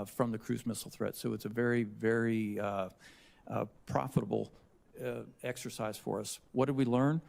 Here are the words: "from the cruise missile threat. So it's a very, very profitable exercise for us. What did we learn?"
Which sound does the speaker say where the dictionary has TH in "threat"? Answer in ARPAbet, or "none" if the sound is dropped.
TH